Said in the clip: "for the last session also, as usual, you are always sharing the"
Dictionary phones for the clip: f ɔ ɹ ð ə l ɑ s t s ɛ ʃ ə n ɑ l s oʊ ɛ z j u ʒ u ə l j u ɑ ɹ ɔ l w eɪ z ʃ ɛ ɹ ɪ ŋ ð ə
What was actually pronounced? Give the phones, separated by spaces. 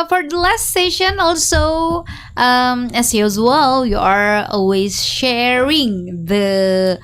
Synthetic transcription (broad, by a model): f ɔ ɹ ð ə l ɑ s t s ɛ ʃ ə n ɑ l s oʊ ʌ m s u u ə l j u ɑ ɹ ɔ l w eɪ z ʃ ɛ ɹ ɪ ŋ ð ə